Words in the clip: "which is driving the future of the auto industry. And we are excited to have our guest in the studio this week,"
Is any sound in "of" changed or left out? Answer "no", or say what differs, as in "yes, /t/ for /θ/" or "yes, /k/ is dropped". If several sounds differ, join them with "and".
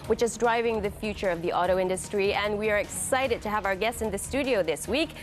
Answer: no